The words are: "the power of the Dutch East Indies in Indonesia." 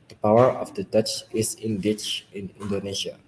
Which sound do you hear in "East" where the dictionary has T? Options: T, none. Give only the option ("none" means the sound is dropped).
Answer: none